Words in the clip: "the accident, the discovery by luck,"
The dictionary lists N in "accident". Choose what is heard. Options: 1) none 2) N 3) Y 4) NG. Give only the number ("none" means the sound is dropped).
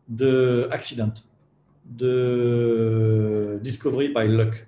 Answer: 1